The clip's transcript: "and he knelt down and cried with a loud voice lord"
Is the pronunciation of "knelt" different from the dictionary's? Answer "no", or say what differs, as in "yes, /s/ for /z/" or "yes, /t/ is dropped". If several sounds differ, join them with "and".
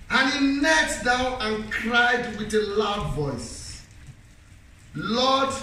yes, /l/ is dropped